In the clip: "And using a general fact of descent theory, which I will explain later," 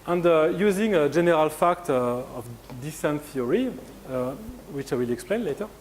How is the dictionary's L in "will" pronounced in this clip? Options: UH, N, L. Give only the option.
L